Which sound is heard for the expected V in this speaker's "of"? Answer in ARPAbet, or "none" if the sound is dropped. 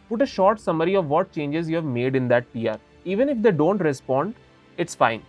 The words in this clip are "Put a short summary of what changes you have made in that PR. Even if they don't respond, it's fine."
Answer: V